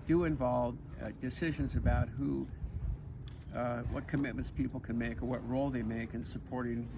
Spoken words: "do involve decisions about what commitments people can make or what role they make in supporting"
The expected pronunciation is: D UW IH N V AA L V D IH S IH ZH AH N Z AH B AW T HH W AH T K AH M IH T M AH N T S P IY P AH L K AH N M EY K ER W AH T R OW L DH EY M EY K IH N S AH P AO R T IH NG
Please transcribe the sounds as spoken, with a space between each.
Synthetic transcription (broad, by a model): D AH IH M V AA L V D IH S IH ZH AH N Z AH B AW T HH W AH T K AH M IH T M AH N T S P IY P L K AH N M EY K ER W AH T R OW L DH EY M EY K IH N S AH P AO R T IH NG